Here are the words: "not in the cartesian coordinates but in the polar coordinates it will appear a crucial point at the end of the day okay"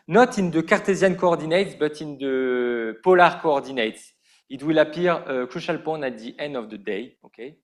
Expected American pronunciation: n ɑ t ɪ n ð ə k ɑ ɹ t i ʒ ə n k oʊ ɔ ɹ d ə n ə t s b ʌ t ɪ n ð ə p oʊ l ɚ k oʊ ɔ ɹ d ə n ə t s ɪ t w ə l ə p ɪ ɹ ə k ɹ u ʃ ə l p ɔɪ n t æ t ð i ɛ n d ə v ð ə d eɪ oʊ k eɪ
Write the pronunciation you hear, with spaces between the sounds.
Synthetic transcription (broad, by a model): n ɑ t ɪ n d ə k ɑ ɹ t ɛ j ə n k oʊ ɔ ɹ d ə n ə t s b ʌ t ɪ n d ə p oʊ l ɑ k oʊ ɔ ɹ d ə n ə t s ɪ t w ə l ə p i ɹ ə k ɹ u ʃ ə l p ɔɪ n æ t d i ɛ n d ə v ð ə d eɪ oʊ k eɪ